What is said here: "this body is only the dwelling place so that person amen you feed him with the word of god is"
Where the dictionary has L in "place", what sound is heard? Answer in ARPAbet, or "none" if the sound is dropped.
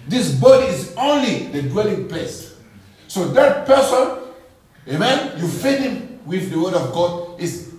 none